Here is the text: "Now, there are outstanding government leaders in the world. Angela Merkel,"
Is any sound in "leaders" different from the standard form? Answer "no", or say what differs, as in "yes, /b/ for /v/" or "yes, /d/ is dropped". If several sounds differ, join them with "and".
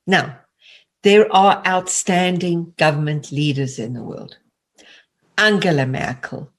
no